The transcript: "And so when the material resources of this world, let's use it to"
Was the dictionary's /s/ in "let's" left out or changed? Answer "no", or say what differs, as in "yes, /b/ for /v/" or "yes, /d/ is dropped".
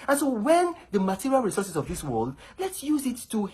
no